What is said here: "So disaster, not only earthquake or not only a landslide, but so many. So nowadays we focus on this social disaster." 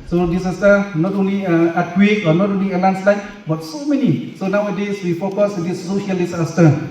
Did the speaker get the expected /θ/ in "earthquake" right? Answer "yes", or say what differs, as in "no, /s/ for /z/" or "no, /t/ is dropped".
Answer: no, /t/ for /θ/